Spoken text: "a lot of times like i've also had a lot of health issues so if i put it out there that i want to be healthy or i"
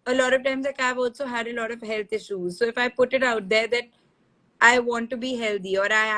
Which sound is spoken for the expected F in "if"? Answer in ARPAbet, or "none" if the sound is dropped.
F